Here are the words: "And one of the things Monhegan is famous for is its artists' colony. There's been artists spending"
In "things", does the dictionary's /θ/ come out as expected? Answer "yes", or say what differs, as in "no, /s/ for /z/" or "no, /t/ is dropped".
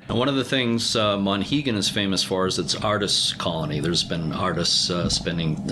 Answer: yes